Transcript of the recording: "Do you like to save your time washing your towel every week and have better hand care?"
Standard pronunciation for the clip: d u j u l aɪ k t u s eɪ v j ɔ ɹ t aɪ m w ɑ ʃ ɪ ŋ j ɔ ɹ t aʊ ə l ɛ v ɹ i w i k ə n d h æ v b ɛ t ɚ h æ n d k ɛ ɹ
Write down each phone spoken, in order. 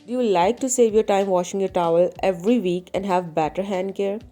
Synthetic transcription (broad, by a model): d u j u l aɪ k t u s eɪ v j ɔ ɹ t aɪ m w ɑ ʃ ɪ ŋ j ɔ ɹ t aʊ ə l ɛ v ɹ i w i k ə n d h æ v b ɛ t ɚ h æ n d k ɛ ɹ